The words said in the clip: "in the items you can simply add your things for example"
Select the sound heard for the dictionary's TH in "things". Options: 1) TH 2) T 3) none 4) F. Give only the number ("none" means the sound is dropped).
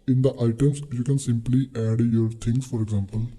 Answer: 2